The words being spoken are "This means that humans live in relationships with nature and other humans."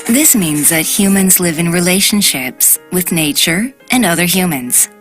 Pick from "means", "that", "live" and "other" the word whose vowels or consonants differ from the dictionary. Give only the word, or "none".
none